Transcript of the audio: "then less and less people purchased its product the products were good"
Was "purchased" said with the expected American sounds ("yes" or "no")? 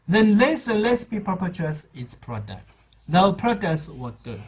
no